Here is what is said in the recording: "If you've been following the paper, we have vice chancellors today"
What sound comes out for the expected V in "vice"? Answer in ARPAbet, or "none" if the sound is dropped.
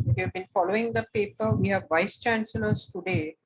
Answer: V